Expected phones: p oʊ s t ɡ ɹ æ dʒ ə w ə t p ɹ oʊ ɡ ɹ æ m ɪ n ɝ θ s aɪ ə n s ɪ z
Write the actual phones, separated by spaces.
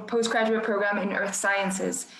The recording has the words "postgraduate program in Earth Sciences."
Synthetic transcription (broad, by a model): p oʊ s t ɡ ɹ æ dʒ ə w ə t p ɹ oʊ ɡ ɹ æ m ɪ n ɝ θ s aɪ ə n s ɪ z